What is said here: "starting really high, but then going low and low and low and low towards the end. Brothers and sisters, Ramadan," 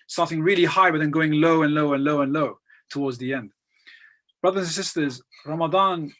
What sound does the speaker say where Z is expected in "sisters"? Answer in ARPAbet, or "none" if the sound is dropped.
Z